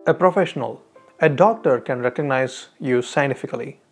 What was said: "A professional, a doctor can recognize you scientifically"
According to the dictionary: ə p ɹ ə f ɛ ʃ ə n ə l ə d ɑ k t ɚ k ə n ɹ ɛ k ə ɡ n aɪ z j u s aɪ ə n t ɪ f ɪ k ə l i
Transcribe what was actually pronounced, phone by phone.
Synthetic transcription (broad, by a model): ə p ɹ ə f ɛ ʃ ə n ə l ə d ɑ k t ɚ k ə n ɹ ɛ k ə ɡ n aɪ z j u s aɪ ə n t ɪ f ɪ k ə l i